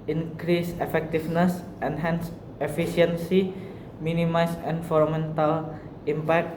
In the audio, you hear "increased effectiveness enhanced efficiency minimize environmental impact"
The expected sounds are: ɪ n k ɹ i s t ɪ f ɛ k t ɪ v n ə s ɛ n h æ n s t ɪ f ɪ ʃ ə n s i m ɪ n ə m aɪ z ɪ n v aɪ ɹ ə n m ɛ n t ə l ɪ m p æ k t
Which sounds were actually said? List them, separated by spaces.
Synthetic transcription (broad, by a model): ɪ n k ɹ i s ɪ f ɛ k t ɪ f n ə s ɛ n h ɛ n s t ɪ f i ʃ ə n s i m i n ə m aɪ s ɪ n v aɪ ɹ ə m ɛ n t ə l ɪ m p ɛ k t